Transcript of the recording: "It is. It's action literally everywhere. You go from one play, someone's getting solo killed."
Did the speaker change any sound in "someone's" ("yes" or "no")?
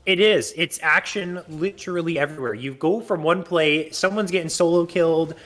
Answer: no